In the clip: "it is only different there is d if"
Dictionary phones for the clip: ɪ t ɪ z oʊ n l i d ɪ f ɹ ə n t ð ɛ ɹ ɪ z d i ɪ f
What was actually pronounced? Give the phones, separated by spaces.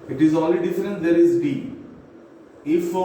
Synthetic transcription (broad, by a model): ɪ t ɪ z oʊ l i d ɪ f ɹ ə n t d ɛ ɹ ɪ z d i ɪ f